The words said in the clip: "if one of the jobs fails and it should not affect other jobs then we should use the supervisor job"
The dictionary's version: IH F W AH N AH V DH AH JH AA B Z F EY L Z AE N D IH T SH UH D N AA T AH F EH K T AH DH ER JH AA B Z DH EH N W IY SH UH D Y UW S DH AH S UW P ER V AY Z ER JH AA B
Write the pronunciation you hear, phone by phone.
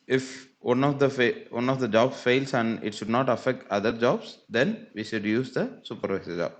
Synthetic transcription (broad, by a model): IH F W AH N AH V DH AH JH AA B S F EY L S AE N D IH T SH UH D N AA T AH F EH K T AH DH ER JH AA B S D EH N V IY SH UH D Y UW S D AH S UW P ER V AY S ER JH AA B